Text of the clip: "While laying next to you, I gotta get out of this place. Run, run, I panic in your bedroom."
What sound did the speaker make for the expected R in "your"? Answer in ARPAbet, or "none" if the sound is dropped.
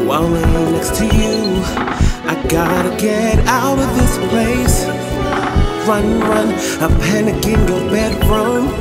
L